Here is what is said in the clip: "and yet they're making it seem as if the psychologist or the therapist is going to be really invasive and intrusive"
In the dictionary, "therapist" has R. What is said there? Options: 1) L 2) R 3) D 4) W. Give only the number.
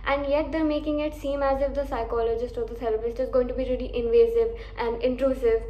1